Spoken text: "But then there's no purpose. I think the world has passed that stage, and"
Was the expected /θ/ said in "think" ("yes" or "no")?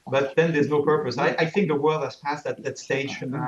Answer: yes